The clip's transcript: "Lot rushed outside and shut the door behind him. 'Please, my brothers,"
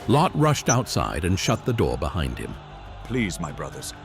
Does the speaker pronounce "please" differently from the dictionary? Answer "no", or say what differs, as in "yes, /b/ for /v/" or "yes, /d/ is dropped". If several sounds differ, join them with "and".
no